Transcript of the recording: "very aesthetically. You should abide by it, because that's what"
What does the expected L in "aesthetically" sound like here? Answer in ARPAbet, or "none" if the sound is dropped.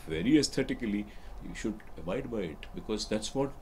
none